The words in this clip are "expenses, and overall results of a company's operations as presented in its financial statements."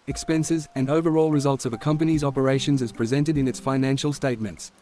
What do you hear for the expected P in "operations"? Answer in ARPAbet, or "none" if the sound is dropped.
P